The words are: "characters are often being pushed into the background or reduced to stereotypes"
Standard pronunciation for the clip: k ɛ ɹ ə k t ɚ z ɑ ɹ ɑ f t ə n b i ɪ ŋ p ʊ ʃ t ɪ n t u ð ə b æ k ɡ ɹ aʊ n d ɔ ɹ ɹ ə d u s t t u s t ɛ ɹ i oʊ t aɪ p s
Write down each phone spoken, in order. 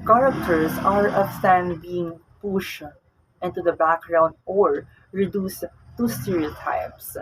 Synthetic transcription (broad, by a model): k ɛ ɹ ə k t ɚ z ɑ ɹ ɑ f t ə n b i ɪ ŋ p ʊ ʃ t ɪ n t u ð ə b æ k ɡ ɹ aʊ n d ɔ ɹ ɹ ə d u s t t u s t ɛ ɹ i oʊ t aɪ p s